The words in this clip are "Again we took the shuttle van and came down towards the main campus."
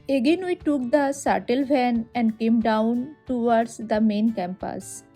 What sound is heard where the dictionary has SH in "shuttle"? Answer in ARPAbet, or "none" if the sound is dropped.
S